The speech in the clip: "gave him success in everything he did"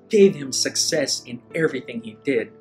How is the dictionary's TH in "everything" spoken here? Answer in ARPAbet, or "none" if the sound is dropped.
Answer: TH